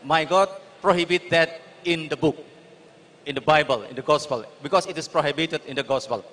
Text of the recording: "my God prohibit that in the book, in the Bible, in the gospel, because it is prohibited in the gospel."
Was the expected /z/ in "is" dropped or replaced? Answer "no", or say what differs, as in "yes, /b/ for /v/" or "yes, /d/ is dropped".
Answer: yes, /s/ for /z/